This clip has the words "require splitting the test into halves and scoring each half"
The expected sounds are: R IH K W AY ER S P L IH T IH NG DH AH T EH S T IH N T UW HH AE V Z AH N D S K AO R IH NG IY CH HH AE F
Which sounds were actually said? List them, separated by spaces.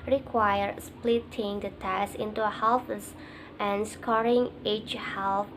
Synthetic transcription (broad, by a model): R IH K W AY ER S P L IH T IH NG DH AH T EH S IH N T UW HH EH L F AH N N S K AO R IH NG IY CH HH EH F